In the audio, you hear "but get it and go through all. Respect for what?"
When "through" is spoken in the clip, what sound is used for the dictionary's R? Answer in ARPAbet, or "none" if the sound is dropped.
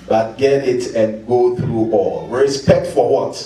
R